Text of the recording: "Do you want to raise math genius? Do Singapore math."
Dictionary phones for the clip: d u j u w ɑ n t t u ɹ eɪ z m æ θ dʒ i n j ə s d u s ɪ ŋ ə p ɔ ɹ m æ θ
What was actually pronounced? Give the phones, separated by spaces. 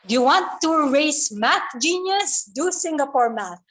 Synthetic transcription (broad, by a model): j u w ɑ n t t u ɹ eɪ s m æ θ dʒ i n j ə s d u s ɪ ŋ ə p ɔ ɹ m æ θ